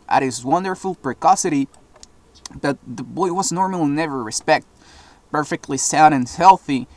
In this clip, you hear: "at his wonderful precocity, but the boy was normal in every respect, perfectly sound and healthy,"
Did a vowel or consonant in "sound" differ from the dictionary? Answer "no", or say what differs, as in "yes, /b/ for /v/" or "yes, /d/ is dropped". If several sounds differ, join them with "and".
yes, /n/ is dropped